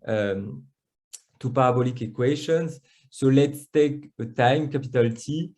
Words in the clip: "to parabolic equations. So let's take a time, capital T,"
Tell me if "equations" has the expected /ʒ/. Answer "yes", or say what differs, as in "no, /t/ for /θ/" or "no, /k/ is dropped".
no, /ʃ/ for /ʒ/